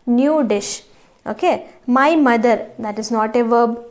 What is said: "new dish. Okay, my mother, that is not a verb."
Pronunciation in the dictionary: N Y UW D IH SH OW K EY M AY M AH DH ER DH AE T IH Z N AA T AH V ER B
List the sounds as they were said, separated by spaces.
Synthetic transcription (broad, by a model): N Y UW D IH SH OW K EY M AY M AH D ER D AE T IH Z N AA T AH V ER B